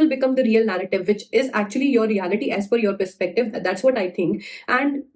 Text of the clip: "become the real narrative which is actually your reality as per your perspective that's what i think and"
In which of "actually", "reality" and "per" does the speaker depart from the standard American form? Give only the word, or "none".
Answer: per